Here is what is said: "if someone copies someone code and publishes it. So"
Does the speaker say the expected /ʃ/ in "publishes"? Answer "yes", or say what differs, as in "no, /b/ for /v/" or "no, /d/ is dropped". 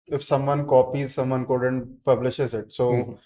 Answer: yes